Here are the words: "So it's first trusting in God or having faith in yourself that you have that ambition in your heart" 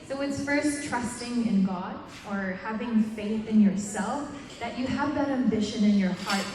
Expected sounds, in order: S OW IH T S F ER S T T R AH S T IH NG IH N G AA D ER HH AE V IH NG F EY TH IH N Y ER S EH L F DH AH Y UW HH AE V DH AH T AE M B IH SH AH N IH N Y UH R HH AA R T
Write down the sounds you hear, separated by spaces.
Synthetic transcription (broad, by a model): S OW IH T S F ER S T T R AH S T IH NG IH N G AA D ER HH AE V IH NG F EY TH IH N Y ER S EH L F DH AH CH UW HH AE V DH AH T AE M B IH SH AH N IH N Y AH R HH AA R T